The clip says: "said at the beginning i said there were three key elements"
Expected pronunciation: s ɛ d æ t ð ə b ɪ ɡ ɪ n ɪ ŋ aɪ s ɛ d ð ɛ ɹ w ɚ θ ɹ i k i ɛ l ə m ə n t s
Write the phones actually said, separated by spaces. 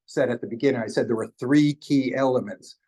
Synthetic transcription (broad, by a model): s ɛ d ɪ t ð ə b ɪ ɡ ɪ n ɪ ŋ aɪ s ɛ d ð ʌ ɹ w ɚ θ ɹ i k i ɛ l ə m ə n t s